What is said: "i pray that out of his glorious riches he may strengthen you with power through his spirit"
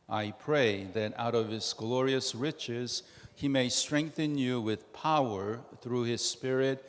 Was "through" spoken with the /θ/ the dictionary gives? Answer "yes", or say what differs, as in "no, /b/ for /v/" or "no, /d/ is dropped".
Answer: yes